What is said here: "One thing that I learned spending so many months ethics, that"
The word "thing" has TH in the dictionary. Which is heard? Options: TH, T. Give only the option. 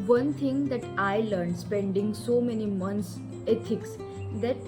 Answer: T